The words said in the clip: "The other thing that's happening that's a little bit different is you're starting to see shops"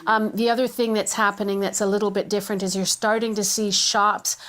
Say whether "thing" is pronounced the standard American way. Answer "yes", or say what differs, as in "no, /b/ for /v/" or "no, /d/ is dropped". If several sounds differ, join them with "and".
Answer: yes